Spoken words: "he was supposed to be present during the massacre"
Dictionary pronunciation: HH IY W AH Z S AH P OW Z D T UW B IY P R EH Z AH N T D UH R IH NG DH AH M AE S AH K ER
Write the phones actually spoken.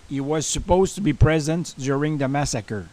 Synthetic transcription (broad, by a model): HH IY W AH Z S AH P OW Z T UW B IY P R EH Z AH N T D UH R IH NG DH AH M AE S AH K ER